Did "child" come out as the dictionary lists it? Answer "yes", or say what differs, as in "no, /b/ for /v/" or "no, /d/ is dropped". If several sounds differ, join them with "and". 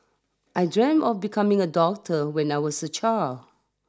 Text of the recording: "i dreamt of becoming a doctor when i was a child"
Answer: no, /d/ is dropped